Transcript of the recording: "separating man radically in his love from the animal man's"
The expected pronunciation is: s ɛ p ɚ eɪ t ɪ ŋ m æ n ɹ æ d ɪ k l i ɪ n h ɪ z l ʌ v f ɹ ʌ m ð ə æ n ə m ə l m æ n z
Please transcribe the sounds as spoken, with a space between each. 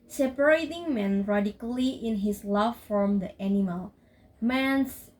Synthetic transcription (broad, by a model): s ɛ p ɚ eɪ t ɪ ŋ m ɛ n ɹ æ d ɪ k l i ɪ n h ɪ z l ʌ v f ɹ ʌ m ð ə æ n ə m ə l m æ n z